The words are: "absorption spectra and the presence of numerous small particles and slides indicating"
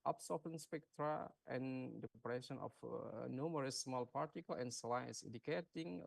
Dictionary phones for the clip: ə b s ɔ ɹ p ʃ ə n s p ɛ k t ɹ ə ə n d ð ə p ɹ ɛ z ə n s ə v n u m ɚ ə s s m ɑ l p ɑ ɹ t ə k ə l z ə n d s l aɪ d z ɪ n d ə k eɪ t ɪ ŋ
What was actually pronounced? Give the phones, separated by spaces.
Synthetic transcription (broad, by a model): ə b s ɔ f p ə n s p ɛ k t ɹ ə ə n d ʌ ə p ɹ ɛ s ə n ə f n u m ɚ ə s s m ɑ l p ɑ ɹ t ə k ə l ə n s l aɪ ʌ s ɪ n d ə k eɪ t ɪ ŋ